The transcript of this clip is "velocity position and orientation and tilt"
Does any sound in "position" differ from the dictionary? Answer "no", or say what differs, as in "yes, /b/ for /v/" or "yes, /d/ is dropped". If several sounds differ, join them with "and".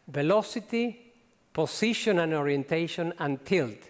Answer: yes, /s/ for /z/